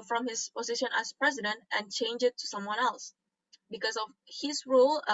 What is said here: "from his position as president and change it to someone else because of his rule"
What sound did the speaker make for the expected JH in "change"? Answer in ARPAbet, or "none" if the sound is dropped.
JH